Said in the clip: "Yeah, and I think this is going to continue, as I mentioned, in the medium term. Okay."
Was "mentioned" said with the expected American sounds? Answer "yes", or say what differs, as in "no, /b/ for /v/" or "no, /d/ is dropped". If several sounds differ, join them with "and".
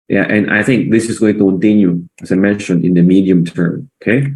no, /d/ is dropped